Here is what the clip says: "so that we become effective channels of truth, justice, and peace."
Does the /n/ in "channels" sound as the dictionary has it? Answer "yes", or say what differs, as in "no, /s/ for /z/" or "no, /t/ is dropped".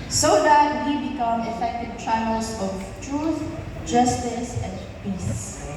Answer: no, /n/ is dropped